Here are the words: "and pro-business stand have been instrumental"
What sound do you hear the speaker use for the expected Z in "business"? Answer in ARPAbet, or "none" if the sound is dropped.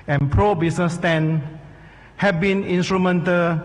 S